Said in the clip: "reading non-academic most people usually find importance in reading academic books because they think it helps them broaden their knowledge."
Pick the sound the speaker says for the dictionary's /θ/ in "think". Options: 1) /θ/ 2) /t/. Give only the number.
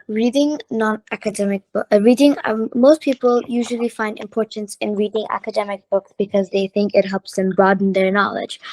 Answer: 1